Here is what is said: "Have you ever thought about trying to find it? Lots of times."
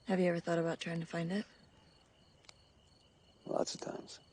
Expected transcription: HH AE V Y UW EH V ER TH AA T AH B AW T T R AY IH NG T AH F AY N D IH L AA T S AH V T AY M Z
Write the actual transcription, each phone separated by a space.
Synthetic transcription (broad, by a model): HH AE V Y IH EH V ER TH AA T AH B AW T T R AY IH NG T AH F AY N D IH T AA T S AH V T AY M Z